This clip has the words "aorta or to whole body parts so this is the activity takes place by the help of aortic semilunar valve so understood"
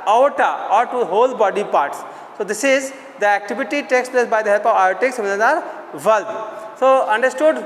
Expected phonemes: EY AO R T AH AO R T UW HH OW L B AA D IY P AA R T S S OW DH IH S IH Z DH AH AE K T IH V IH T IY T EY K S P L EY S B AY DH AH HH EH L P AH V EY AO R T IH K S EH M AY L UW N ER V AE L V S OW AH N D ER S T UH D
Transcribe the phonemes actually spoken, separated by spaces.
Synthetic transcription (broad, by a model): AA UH T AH AO R T UW HH OW L B AA D IY P AA R T S S OW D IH S IH Z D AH AE K T IH V IH T IY T EY K S P L EY S B AY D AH HH EH L P AH V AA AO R T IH K S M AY N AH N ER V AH L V S OW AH N D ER S T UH D